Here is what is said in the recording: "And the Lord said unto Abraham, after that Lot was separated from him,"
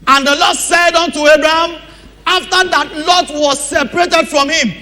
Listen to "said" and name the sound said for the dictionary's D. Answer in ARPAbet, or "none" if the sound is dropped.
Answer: D